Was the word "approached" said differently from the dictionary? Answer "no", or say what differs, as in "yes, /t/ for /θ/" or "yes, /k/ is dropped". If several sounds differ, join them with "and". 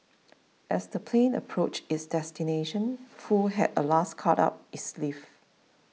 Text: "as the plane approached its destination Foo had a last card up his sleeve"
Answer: yes, /t/ is dropped